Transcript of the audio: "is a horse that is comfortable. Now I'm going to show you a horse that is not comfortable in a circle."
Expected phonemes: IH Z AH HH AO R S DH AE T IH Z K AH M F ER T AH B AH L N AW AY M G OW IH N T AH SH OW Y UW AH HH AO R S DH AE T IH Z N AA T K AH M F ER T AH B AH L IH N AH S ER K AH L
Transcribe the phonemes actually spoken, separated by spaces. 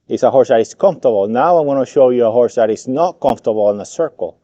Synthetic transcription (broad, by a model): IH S AH HH AO R S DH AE T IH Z K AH M F T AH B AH L N AW AY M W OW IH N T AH SH OW Y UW AH HH AO R S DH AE T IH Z N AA T K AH M F T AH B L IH N AH S ER K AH L